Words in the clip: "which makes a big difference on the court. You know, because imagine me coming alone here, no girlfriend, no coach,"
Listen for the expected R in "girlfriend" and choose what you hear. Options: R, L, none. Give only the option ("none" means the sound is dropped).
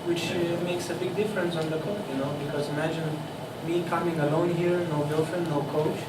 none